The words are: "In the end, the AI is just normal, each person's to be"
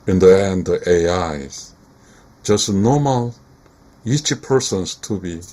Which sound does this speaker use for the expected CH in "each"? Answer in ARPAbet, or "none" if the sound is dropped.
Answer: CH